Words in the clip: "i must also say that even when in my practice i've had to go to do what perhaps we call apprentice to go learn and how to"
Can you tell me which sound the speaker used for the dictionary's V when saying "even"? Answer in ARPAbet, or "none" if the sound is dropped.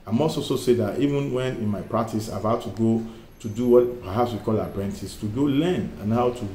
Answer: V